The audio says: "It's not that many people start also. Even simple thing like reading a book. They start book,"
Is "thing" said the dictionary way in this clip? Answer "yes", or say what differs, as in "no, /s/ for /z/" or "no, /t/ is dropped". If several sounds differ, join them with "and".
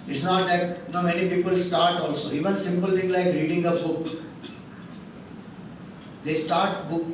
no, /t/ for /θ/